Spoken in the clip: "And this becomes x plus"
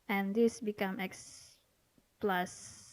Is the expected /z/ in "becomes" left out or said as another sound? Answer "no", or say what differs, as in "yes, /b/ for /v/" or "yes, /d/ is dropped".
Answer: yes, /z/ is dropped